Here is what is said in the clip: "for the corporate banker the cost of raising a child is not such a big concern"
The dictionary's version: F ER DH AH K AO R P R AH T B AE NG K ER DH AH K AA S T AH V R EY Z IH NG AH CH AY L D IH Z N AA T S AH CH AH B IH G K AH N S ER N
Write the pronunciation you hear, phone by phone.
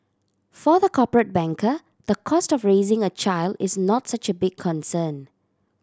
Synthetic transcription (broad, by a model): F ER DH AH K AO P R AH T B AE NG K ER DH AH K AA S T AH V R EY Z IH NG AH CH AY L D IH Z N AA T S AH CH AH B IH G K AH N S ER N